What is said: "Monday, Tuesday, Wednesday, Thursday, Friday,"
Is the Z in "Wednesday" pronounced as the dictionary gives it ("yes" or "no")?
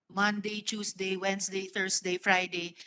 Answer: no